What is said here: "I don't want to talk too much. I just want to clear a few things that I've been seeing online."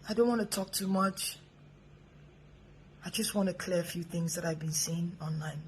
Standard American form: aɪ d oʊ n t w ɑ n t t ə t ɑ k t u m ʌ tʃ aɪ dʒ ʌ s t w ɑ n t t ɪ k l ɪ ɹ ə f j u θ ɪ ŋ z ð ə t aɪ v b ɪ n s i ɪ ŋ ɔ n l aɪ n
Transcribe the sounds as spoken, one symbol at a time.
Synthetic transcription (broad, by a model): aɪ d oʊ n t w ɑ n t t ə t ɑ k t u m ʌ tʃ aɪ dʒ ʌ s t w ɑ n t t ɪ k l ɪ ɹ ə f j u θ ɪ ŋ z ð ə t aɪ v b ɪ n s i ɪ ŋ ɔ n l aɪ n